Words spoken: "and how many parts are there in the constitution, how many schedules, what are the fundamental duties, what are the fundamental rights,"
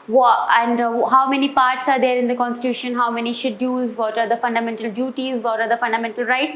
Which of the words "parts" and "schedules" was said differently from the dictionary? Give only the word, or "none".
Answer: schedules